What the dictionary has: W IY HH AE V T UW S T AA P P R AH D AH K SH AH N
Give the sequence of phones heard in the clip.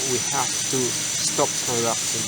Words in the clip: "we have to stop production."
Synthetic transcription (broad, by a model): W IY HH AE F T UW S T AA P P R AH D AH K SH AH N